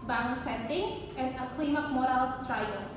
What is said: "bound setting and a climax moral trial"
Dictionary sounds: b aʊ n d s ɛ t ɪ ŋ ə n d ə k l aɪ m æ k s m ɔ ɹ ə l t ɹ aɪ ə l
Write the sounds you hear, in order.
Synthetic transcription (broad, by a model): b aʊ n s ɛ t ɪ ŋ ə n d ə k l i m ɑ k m ɔ ɹ ə l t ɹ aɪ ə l